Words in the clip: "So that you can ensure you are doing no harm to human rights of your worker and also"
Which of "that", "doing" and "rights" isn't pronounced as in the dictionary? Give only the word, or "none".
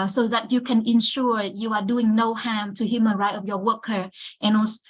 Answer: rights